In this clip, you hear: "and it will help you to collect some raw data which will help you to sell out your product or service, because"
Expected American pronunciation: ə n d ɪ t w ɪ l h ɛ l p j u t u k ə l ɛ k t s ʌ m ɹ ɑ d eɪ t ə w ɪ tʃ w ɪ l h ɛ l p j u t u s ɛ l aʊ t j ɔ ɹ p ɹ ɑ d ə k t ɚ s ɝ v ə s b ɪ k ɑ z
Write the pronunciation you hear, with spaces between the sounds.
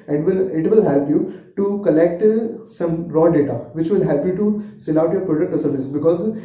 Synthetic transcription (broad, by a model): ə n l ɪ t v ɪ l h ɛ l p j u t u k ə l ɛ k t s ʌ m ɹ ɑ d eɪ t ə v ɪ tʃ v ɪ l h ɛ l p j u t u s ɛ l aʊ t j ɔ ɹ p ɹ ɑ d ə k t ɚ s ɝ v ə s b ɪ k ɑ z